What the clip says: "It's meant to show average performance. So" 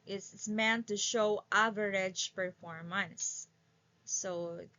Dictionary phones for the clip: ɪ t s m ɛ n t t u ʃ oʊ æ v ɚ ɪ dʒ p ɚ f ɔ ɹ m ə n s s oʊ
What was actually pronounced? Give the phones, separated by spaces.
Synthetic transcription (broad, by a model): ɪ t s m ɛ n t t u ʃ oʊ æ v ɚ ɪ dʒ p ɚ f ɔ ɹ m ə n θ s oʊ